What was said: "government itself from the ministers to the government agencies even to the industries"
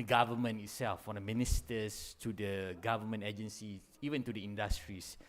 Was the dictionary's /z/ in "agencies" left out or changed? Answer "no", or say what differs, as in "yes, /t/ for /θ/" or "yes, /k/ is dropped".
yes, /z/ is dropped